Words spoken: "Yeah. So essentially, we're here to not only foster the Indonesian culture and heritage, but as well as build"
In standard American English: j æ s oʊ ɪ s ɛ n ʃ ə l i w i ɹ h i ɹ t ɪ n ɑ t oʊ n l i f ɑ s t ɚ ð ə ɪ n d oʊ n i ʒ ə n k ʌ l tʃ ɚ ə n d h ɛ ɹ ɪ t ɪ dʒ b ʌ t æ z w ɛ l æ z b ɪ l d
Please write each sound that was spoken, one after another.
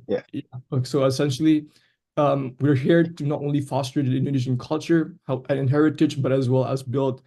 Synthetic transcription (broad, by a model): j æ s oʊ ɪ s ɛ n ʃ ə l i w i ɹ h i ɹ t ɪ n ɑ t oʊ n l i f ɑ s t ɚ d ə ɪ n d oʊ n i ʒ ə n k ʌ l tʃ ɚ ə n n h ɛ ɹ ɪ t ɪ dʒ b ʌ t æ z w ɛ l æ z b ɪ l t